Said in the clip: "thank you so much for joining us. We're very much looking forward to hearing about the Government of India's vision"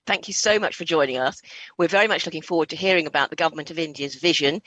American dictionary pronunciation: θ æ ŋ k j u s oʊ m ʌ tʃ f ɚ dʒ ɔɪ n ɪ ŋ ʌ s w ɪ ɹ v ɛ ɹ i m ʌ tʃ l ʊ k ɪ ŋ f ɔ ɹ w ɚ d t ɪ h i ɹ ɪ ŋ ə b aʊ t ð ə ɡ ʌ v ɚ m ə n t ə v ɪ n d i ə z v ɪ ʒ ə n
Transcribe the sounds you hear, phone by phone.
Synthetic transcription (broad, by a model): θ æ ŋ k j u s oʊ m ʌ tʃ f ɚ dʒ ɔɪ n ɪ ŋ ʌ s w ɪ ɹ v ɛ ɹ i m ʌ tʃ l ʊ k ɪ ŋ f ɔ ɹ w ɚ d t ɪ h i ɹ ɪ ŋ ə b aʊ t ð ə ɡ ʌ v ɚ m ə n t ə v ɪ n d i ə z v ɪ ʒ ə n